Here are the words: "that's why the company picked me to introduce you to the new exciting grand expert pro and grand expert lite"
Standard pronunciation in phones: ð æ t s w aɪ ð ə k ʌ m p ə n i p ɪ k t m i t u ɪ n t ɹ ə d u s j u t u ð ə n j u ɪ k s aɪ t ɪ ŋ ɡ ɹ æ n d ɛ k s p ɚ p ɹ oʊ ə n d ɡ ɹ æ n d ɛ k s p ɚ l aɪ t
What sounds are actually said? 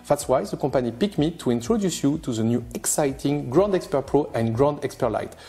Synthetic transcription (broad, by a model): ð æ t s w aɪ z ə k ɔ p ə n i p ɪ k m i t u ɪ n t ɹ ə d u s j u t u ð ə n j u ɪ k s aɪ t ɪ ŋ ɡ ɹ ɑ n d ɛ k s p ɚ p ɹ oʊ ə n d ɡ ɹ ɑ n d ɛ k s p ɚ l aɪ t